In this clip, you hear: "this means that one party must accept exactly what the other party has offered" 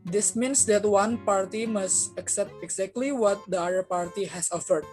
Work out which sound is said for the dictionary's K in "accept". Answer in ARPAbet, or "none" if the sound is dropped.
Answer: K